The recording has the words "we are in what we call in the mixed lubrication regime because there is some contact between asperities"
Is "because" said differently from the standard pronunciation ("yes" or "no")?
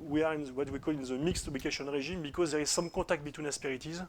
no